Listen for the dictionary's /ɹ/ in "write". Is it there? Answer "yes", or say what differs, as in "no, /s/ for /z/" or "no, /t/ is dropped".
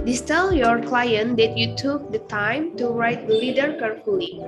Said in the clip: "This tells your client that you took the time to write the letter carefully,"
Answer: yes